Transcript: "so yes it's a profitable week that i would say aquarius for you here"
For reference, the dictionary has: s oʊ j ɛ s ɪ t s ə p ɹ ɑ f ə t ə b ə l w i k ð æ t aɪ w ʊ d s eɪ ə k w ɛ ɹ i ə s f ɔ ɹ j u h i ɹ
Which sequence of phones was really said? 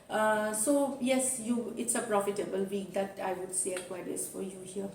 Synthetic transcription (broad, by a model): s oʊ j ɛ s ɪ t s ə p ɹ ɑ f ə t ə b ə l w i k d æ t aɪ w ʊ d s eɪ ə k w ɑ i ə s f ɔ ɹ j u h i ɹ